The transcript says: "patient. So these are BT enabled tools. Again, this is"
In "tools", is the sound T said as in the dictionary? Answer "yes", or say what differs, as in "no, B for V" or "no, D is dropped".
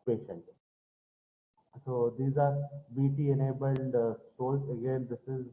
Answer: no, S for T